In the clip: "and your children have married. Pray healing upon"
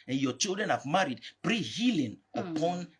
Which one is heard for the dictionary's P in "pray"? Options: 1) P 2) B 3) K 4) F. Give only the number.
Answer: 2